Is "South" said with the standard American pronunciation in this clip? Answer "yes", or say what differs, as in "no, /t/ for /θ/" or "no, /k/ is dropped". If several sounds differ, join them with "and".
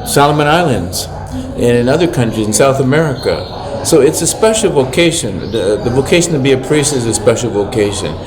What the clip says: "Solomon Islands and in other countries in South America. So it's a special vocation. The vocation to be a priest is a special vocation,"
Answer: yes